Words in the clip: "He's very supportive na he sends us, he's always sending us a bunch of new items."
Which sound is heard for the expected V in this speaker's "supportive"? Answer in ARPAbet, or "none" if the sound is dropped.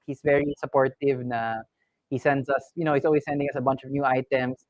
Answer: V